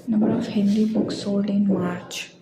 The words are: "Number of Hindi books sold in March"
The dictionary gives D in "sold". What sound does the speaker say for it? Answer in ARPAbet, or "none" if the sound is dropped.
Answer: none